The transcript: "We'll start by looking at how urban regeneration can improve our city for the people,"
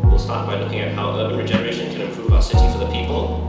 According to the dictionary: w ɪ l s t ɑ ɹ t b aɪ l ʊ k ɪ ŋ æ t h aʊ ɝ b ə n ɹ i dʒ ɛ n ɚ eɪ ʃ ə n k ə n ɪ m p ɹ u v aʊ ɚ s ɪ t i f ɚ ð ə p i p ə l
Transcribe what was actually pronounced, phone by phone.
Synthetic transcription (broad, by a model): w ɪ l s t ɑ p b aɪ l ʊ k ɪ ŋ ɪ t h aʊ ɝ ə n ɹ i dʒ ɛ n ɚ eɪ ʃ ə n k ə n ɪ m p ɹ u v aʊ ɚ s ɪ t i f ɚ ð ə p i p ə l